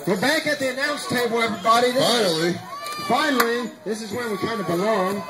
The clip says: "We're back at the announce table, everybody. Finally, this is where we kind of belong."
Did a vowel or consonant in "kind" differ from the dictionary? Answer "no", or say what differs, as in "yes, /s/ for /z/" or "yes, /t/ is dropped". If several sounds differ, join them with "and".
no